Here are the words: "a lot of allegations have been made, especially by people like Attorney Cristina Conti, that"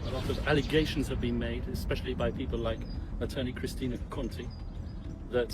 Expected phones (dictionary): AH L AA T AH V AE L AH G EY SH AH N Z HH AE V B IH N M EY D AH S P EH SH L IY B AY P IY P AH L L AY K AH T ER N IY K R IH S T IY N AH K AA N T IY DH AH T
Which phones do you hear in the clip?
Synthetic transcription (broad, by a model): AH L AA T AH V AE L AH G EY SH AH N Z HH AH V B IH N M EY D AH S P EH SH L IY B AY P IY P AH L L AY K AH T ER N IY K R IH S T IY N AH K AA N T IY DH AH T